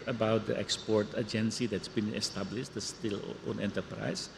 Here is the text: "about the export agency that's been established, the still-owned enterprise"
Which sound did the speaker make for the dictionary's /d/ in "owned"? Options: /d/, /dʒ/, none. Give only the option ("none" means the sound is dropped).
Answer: none